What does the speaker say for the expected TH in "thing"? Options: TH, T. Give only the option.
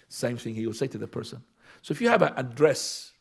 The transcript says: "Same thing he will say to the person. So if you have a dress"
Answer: TH